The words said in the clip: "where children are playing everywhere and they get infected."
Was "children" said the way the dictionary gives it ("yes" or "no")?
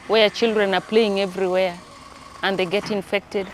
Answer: yes